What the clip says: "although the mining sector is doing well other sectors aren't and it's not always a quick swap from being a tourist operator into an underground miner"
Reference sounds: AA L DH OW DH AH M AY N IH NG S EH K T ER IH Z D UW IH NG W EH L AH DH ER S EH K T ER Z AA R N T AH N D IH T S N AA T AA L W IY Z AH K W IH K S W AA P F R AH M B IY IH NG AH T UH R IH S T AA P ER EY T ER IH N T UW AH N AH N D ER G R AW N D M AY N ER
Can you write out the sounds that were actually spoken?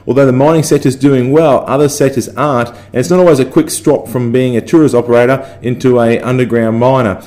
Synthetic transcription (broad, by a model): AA L DH OW DH AH M AY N IH NG S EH T IH Z D UW IH NG W EH L AH DH ER S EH T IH Z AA R T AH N IH T S N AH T AA L W IY Z AH K W IH K S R AA P F R AH M B IY IH NG AH T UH R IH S AA P ER EY T ER IH N T UW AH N AH N D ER G R AW N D M AY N ER